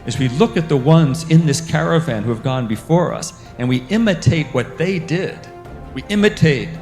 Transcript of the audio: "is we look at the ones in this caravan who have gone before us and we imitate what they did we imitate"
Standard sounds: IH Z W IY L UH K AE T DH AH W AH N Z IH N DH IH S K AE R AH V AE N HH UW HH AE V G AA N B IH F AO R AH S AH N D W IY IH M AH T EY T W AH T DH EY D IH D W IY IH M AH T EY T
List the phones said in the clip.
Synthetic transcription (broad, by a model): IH Z W IY L UH K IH T DH AH W AH N Z IH N DH IH S K AE R AH V AE N HH UW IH V G AA N B IH F AO R AH S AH N W IY IH M AH T EY T W AH T DH EY D IH D W IY IH M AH T EY T